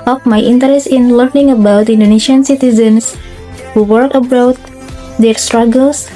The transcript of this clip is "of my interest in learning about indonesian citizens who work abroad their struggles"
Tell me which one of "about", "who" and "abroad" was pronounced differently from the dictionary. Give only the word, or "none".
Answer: abroad